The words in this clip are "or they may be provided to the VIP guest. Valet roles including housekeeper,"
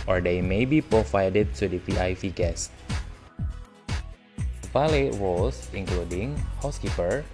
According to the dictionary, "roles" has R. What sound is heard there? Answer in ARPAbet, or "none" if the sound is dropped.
W